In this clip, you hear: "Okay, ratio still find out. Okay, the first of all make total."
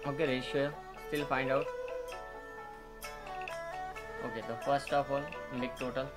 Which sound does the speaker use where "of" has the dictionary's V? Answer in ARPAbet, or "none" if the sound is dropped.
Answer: P